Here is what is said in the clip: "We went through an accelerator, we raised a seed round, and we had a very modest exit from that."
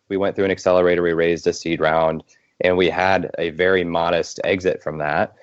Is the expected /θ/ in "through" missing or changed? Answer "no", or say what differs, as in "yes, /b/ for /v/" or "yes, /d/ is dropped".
no